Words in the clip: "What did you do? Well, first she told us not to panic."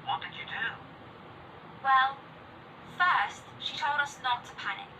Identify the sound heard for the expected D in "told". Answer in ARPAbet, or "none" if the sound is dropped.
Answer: D